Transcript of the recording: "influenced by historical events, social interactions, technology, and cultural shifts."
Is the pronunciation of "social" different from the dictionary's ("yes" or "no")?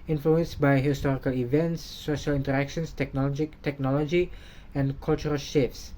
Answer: no